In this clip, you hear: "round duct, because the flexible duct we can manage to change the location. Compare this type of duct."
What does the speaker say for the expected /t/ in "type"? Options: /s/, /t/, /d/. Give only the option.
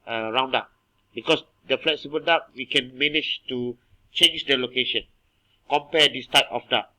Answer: /t/